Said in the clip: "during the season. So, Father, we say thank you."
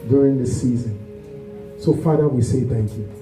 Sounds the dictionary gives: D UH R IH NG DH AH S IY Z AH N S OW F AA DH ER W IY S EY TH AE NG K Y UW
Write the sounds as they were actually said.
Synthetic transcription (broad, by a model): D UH R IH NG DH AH S IY Z AH N S OW F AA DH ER W IY S EY TH AE NG K Y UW